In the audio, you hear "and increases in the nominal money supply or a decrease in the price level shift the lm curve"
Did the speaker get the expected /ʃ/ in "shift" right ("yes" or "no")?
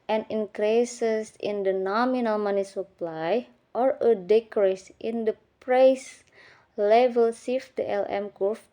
no